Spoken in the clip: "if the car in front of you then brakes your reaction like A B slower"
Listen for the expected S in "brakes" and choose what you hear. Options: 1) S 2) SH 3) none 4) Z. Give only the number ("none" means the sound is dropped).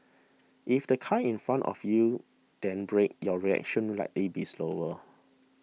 3